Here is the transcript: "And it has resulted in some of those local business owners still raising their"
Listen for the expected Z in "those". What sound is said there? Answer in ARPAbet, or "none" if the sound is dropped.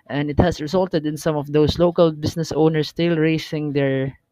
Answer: S